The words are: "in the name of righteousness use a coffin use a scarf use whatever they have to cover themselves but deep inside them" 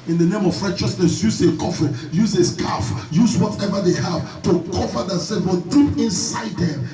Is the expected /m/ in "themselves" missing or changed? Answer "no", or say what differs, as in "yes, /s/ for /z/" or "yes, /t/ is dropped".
yes, /m/ is dropped